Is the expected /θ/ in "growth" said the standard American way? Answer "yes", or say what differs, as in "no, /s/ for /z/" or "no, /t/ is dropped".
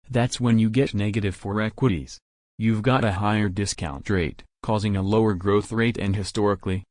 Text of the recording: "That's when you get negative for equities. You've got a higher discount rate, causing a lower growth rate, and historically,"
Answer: yes